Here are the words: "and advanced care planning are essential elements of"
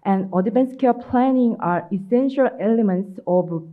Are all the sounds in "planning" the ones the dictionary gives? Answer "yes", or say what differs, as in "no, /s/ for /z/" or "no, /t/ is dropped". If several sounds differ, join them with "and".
yes